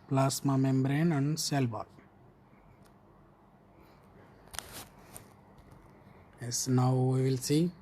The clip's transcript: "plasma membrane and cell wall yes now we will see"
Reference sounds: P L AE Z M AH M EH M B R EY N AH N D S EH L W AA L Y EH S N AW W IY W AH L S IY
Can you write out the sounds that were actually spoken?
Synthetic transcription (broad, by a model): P L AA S M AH M EH M B R EY N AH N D S EH L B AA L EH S N AW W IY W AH L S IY